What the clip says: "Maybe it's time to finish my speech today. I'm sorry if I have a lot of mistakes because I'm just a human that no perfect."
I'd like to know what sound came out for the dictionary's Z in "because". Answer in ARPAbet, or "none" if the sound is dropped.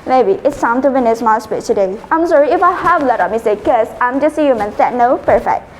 none